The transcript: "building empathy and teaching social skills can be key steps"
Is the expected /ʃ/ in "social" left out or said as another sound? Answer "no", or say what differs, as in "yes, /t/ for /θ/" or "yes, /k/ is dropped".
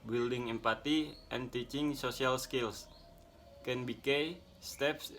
yes, /s/ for /ʃ/